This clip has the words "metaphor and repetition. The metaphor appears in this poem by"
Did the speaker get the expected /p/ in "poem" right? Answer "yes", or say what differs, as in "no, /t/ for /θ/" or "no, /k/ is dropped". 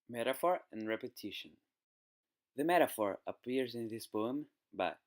no, /b/ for /p/